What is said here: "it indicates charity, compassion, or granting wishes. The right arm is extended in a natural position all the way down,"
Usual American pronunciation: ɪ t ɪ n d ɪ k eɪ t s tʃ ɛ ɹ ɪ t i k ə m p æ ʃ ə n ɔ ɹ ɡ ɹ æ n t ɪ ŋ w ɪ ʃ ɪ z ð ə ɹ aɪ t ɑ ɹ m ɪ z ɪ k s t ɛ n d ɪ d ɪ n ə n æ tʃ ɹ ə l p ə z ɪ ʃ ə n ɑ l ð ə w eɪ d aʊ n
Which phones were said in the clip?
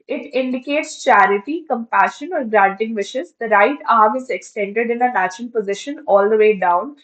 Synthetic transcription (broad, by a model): ɪ t ɪ n d ɪ k eɪ t s tʃ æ ɹ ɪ t i k ə m p æ ʃ ə n ɔ ɹ ɡ ɹ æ n t ɪ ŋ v ɪ ʃ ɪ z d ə ɹ aɪ t ɑ ɹ m ɪ z ɪ k s t ɛ n d ɪ d ɪ n ə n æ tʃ ə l p ə z ɪ ʃ ə n ɑ l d ə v eɪ d aʊ n